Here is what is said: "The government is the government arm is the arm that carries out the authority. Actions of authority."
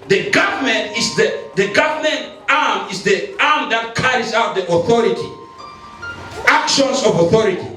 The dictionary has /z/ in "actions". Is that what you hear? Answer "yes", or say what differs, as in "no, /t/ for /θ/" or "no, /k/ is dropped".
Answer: no, /s/ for /z/